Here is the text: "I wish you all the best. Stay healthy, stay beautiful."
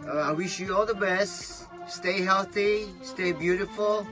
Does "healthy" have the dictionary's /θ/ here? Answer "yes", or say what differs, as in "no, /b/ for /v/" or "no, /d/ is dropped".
yes